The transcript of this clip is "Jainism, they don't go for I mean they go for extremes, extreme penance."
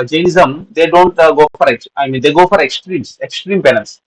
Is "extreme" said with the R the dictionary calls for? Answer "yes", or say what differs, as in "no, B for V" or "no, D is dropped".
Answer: yes